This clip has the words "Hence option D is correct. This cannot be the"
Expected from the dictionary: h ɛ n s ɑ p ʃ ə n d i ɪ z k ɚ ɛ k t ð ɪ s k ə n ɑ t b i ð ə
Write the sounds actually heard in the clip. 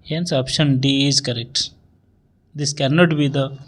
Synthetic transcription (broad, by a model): h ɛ n s ɑ p ʃ ə n d i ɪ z k ɚ ɛ k t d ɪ s k ə n ɑ t b i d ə